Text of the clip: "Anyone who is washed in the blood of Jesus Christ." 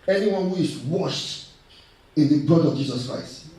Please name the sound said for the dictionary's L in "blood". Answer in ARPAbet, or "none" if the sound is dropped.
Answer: none